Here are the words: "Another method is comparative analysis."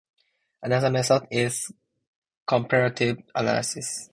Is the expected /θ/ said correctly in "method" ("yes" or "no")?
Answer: no